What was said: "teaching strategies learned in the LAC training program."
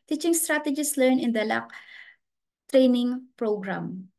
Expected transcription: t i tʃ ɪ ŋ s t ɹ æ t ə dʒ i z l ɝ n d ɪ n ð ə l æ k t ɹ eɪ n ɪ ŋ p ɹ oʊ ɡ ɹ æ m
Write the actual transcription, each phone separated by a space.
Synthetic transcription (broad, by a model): t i tʃ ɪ ŋ s t ɹ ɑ t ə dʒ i s l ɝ n ɪ n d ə l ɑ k t ɹ eɪ n ɪ ŋ p ɹ oʊ ɡ ɹ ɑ m